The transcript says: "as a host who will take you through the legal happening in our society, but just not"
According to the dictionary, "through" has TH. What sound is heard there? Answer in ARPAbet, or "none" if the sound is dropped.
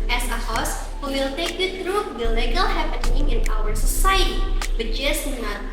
T